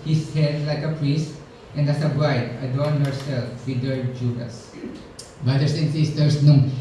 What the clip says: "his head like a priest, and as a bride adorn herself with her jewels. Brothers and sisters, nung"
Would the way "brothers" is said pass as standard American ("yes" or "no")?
no